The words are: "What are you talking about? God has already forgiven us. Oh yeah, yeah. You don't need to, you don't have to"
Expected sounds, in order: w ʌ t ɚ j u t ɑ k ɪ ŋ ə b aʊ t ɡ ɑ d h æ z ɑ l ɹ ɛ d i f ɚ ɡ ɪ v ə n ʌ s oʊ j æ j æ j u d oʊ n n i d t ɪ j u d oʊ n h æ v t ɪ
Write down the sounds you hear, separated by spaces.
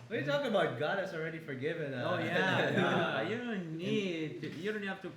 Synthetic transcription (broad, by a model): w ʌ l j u t ɑ k ɪ ŋ ə b aʊ t ɡ ɑ d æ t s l ɹ ɛ d i f ɚ ɡ ɪ v ə n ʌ oʊ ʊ j æ j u d oʊ n n i d t ɪ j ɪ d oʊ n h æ f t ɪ